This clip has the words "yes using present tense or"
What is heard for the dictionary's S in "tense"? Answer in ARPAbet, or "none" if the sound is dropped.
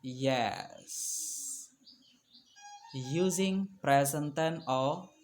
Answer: none